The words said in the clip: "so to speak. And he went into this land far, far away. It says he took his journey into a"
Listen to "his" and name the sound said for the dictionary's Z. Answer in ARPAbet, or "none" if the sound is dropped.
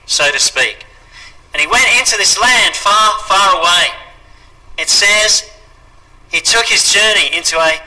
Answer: Z